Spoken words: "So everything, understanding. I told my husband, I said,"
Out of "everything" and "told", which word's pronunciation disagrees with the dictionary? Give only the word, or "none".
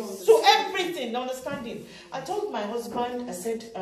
everything